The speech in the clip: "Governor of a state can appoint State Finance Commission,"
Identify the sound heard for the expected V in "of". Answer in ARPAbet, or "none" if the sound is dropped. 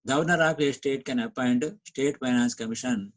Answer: P